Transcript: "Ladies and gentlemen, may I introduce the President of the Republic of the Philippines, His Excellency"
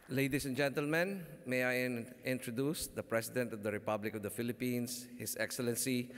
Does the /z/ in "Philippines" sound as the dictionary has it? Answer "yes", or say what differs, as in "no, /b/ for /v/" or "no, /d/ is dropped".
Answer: no, /s/ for /z/